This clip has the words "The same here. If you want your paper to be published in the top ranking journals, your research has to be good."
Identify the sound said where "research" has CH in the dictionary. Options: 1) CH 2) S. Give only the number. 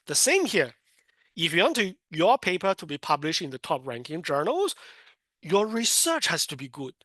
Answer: 1